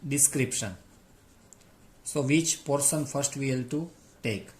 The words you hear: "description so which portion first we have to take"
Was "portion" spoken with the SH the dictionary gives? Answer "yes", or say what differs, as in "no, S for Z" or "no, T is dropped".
no, S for SH